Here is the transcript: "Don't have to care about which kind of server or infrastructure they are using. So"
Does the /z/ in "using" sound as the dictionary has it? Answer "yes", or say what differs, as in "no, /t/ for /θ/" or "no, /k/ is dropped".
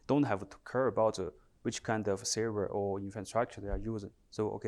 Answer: yes